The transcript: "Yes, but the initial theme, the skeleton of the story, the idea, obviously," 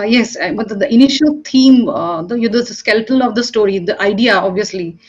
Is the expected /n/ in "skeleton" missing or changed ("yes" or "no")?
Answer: yes